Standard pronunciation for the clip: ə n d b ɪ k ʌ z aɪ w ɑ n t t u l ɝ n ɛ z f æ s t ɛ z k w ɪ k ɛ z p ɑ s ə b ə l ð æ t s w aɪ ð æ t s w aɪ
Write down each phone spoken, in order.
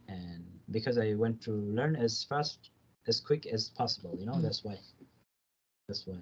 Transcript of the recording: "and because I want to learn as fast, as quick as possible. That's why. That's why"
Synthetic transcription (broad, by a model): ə n b ɪ k ʌ z aɪ w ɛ n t t u l ɝ n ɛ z f æ s t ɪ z k w ɪ k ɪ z p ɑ s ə b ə n ð æ t s w aɪ ð æ t s w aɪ